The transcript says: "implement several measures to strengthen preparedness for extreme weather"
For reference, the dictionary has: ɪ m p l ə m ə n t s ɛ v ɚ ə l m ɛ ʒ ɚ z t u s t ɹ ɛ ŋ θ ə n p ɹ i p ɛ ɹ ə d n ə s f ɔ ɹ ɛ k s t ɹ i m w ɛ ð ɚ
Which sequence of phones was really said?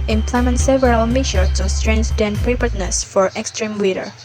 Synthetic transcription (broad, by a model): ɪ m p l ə m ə n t s ɛ v ɚ ə l m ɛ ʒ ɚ t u s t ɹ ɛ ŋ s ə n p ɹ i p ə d n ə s f ɔ ɹ ɛ k s t ɹ i m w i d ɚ